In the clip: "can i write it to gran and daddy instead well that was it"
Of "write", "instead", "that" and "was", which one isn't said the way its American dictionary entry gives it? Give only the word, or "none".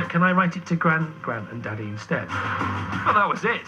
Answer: instead